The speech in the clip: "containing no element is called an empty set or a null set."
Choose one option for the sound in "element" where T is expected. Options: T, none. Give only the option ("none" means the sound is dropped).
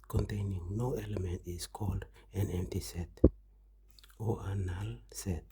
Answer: T